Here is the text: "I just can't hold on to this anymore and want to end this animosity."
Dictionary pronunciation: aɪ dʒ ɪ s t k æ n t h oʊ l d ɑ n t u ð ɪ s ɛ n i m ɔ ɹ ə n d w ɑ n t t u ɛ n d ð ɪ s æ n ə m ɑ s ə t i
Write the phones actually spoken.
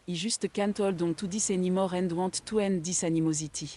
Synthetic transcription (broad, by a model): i ʒ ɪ s t k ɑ n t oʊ l d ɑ t u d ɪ s ɛ n i m ɔ ɹ ə n d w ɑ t t u ɛ n d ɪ s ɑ n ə m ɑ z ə t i